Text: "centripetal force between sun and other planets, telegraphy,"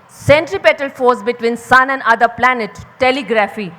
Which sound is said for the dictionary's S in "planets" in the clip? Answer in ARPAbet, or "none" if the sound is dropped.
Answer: none